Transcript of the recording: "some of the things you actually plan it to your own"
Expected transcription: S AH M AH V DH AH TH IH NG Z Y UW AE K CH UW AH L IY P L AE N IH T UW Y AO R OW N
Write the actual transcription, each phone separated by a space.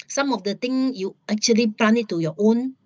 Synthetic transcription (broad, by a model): S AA M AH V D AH T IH NG Y UW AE K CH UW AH L IY P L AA N IH T UW Y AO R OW N